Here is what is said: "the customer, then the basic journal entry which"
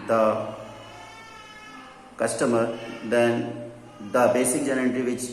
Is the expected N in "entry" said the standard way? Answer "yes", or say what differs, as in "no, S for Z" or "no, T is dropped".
no, N is dropped